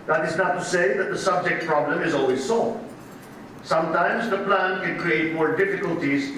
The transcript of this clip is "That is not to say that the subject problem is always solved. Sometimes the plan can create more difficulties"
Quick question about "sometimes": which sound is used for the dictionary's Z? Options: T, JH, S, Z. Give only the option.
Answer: Z